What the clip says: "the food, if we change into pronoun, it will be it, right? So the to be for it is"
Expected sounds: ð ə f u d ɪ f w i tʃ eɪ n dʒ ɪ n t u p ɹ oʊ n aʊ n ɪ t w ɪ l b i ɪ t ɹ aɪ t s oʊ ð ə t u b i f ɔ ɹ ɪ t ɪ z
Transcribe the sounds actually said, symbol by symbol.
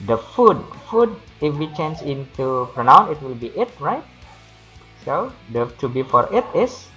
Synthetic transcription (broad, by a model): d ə f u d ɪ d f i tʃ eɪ n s ɪ n t u p ɹ oʊ n aʊ n ɪ t w ɪ l b i ɪ t ɹ aɪ t s oʊ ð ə t u b i f ɔ ɹ ɪ t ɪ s